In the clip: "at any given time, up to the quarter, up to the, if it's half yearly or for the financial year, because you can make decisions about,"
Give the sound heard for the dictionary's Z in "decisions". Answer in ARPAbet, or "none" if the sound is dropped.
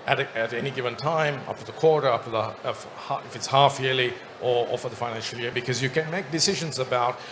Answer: Z